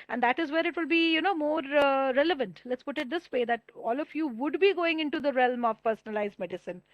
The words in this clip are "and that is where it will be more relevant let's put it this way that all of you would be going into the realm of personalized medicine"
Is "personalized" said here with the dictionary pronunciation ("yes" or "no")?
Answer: yes